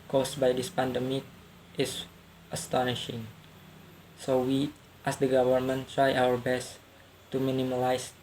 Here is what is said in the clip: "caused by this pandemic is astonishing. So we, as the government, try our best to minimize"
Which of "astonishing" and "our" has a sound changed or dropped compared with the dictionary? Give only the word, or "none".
none